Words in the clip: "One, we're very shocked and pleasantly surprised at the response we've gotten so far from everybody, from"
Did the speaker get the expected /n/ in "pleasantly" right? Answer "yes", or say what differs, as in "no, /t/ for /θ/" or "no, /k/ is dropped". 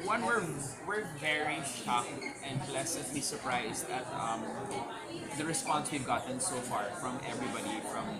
no, /n/ is dropped